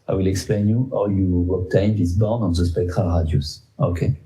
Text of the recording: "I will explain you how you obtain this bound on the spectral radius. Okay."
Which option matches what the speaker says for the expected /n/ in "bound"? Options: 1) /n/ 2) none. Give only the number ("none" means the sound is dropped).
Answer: 2